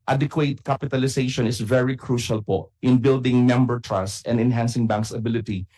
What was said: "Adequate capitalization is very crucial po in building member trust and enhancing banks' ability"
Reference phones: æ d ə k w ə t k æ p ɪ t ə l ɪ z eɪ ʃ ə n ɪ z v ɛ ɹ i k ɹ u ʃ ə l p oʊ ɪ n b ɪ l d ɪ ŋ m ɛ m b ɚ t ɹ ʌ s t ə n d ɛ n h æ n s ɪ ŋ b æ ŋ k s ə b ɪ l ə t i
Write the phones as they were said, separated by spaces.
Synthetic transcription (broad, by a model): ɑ d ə k w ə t k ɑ p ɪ t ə l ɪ s eɪ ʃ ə n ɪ s v ɛ ɹ i k ɹ u ʃ ə l p oʊ ɪ n b ɪ l d ɪ ŋ m ɛ m b ɚ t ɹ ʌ s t ə n d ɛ n h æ n s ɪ ŋ b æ ŋ k s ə b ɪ l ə t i